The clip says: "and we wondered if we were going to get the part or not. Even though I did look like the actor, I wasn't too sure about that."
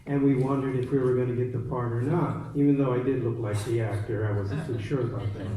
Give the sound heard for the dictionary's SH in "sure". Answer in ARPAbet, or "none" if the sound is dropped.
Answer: SH